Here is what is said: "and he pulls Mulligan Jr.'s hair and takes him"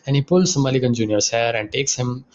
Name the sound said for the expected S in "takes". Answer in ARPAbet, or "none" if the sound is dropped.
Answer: S